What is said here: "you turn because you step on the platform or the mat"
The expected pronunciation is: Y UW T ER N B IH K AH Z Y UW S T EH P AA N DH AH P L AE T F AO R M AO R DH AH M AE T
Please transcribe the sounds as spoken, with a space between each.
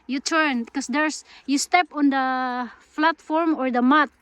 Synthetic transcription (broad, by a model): Y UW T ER N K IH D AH S Y UW S T EH P AA N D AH F L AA T F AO R M AO R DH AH M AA T